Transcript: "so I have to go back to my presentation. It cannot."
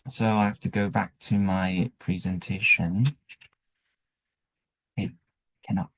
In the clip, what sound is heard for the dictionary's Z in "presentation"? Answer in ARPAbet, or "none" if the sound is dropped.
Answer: Z